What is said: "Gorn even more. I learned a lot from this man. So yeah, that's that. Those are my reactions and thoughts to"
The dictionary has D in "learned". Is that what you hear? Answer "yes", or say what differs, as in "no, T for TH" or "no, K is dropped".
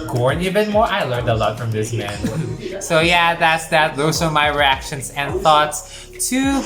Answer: yes